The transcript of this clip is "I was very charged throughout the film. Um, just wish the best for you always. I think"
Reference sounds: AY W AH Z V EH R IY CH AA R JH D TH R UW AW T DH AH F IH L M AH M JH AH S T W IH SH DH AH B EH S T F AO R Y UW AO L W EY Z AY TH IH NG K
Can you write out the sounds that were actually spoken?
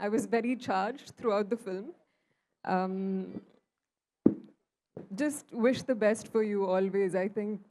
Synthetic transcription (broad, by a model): AY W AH Z V EH R IY CH AA R JH D T R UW AW T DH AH F IH L M AH M JH AH S T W IH SH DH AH B EH S T F AO R Y UW AO L W EY Z AY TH IH NG K